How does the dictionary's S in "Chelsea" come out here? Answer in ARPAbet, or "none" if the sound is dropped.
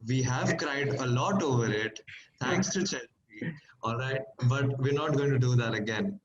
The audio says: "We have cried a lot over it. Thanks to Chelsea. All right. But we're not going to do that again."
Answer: none